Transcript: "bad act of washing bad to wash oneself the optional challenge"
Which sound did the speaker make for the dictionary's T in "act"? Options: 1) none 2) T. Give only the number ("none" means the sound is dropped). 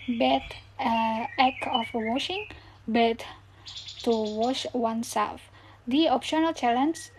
1